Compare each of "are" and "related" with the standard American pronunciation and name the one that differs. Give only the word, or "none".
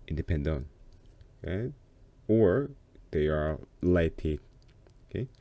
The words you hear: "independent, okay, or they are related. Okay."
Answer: related